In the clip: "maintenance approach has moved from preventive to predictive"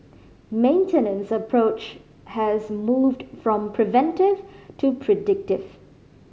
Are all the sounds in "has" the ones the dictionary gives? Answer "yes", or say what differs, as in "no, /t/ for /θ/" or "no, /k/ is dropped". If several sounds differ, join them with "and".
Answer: yes